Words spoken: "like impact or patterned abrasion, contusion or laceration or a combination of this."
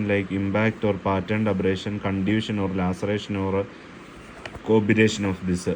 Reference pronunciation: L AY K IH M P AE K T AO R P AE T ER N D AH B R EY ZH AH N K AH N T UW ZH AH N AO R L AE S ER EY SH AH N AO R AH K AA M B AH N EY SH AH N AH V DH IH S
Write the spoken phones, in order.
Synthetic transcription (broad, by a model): L AY K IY M B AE K T AO R P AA T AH N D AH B R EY SH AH N K AH N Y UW SH AH N AO R L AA S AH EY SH AH N AO R K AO B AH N EY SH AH N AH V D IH S